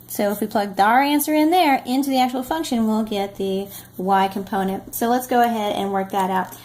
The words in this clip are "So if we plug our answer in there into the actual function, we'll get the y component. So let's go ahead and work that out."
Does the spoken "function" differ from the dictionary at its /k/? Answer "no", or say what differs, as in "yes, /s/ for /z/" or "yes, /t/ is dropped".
no